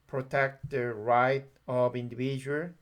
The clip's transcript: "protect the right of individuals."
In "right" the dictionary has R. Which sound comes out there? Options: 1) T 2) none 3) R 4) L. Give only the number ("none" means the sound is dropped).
3